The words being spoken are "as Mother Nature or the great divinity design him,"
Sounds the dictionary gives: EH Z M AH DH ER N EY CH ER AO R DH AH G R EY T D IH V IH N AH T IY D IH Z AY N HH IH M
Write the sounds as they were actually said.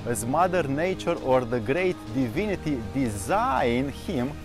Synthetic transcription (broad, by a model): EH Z M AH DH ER N EY CH ER AO R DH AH G R EY T D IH V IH N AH T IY D IH Z AY N HH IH M